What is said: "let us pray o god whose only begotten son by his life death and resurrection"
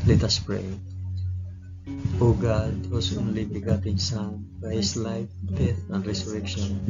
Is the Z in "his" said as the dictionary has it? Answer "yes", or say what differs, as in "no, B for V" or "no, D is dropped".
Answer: no, S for Z